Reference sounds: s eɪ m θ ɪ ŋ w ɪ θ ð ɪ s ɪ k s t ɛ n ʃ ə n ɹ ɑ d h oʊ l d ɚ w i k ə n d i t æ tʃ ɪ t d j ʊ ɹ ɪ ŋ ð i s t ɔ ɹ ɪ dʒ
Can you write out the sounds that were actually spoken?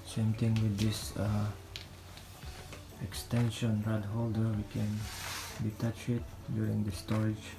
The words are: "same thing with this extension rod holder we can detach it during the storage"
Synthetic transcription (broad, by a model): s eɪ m t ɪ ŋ w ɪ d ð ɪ s ɪ k s t ɛ n ʃ ə n ɹ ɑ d h oʊ l d ɚ w i k ə n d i t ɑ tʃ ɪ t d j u ɹ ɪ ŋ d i s t ɔ ɹ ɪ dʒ